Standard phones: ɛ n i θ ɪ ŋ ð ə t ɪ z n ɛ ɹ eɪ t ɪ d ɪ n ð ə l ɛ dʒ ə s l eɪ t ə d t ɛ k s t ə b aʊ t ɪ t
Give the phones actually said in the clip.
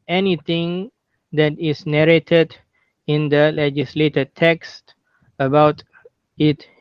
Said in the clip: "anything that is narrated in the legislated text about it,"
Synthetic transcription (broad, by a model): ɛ n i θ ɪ ŋ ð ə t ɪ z n ɛ ɹ eɪ t ɪ d ɪ n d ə l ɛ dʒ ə s l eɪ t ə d t ɛ k s t ə b aʊ t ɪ t